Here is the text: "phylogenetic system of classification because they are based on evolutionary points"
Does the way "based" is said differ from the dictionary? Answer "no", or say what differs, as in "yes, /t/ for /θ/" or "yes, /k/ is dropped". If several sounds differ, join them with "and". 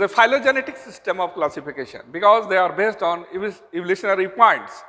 no